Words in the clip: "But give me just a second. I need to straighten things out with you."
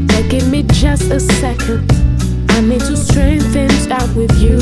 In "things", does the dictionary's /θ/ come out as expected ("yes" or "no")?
yes